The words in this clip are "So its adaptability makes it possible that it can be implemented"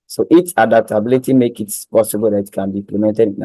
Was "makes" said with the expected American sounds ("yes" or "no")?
no